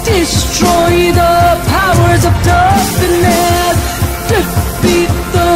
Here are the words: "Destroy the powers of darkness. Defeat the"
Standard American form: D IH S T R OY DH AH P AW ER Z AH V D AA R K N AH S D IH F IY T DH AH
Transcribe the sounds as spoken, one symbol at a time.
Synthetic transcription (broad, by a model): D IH S T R OY DH AH P AW ER Z AH V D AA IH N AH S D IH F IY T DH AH